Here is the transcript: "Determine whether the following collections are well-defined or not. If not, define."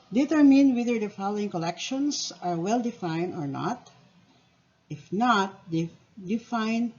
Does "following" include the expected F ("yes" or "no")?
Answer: yes